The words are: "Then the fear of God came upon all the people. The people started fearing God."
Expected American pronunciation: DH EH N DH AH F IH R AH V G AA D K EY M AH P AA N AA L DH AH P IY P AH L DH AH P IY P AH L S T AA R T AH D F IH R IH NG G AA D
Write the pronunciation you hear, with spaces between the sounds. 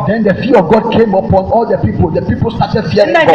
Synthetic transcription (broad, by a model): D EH N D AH F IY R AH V G AA D K EY M AH P AA N AA L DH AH P IY P AH L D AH P IY P AH L S T AA T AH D F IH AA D